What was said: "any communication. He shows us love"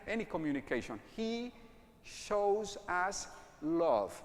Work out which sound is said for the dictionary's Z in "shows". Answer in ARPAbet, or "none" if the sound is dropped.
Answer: Z